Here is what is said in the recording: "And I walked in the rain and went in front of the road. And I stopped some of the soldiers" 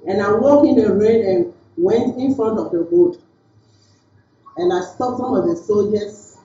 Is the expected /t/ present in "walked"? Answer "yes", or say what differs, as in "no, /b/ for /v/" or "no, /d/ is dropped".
no, /t/ is dropped